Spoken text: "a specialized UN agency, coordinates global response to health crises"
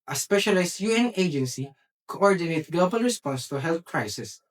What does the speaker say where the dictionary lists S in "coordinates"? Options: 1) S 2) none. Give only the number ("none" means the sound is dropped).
2